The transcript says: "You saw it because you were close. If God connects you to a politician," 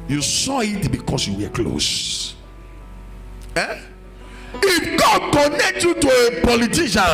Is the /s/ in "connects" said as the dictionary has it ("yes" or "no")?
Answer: no